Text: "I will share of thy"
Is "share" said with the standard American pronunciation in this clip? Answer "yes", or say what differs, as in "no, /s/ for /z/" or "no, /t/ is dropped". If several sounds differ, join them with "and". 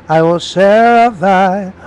no, /s/ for /ʃ/